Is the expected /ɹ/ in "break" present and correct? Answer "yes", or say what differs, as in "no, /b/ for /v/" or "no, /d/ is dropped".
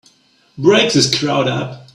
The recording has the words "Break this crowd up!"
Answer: yes